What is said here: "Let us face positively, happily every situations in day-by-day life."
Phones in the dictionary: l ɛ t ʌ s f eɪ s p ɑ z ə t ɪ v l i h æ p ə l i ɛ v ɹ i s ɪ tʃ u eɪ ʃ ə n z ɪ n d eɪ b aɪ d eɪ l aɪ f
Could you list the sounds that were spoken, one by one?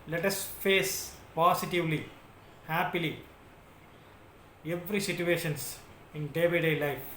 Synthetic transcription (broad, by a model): l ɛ t ʌ s f eɪ s p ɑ s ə t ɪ v l i h æ p ə l i ɛ v ɹ i s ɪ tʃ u eɪ ʃ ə n s ɪ n d eɪ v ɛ d eɪ l aɪ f